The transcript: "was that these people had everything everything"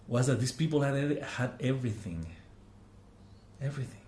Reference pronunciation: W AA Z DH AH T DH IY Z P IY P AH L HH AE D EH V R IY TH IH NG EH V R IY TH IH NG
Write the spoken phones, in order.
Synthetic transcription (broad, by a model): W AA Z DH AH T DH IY S P IY P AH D HH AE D EH V R IY TH IH NG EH V R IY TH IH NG